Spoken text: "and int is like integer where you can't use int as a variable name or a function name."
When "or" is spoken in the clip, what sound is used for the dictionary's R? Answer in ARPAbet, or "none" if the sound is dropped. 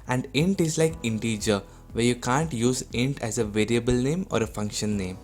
R